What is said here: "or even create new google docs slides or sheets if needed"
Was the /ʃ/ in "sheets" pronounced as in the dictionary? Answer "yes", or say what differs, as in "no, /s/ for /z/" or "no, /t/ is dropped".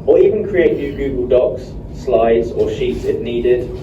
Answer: yes